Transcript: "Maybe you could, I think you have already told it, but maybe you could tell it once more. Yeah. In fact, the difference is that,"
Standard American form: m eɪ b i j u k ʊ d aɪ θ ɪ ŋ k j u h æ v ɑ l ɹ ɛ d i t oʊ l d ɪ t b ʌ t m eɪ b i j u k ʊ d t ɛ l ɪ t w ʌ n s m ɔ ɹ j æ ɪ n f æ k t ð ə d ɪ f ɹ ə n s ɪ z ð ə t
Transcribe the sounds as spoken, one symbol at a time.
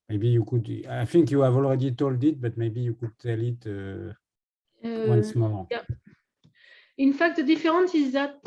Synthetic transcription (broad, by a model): m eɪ b i j u k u d aɪ f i ŋ k j u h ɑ v ɑ l ɹ ɛ d i t oʊ l d ɪ t b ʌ t m eɪ b i j u k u d t ɛ l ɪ t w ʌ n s m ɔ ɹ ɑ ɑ ɪ n f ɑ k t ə d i f ɹ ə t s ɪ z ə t